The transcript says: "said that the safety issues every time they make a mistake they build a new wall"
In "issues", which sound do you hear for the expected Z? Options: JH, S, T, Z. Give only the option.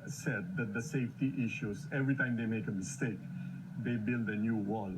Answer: S